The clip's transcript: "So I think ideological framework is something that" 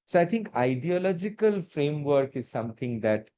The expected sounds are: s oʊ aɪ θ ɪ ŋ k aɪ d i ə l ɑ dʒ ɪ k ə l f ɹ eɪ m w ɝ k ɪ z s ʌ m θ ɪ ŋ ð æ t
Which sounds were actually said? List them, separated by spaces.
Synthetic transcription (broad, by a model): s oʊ aɪ t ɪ ŋ k aɪ d i ə l ɑ dʒ ɪ k ə l f ɹ eɪ m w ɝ k ɪ z s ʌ m t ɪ ŋ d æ t